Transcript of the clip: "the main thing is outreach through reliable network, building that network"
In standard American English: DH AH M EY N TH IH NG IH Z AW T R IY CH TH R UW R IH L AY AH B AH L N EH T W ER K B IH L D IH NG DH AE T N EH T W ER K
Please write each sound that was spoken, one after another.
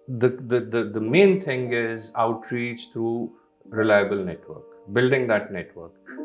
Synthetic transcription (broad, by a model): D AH M EY N T IH NG IH Z AW T R IY CH T R UW R IH L AY AH B AH L N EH T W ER K B IH L D IH NG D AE T N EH T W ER K